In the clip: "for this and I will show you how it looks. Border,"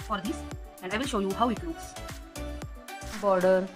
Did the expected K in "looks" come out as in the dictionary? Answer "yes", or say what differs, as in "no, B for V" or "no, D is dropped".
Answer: no, K is dropped